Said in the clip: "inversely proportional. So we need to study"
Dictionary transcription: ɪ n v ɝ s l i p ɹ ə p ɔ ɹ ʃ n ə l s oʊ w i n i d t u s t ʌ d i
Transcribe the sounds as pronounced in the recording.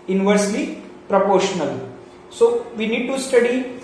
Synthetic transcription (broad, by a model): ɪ n v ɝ s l i p ɹ ə p ɔ ɹ ʃ n ə l s oʊ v i n i d t u s t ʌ d i